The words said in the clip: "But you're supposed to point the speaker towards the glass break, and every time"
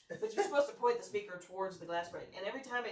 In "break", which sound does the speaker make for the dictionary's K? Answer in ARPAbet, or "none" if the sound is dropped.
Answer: none